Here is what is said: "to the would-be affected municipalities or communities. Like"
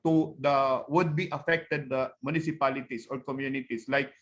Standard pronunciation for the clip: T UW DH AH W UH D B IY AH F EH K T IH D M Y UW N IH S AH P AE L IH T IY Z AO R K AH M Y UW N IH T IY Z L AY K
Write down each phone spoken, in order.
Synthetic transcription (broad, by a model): T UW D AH W UH D B IY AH F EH K T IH D M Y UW N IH S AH P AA L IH T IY S AO R K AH M Y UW N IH T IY S L AY K